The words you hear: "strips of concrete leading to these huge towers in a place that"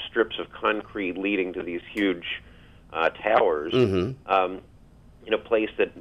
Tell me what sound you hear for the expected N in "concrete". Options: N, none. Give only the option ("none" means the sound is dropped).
N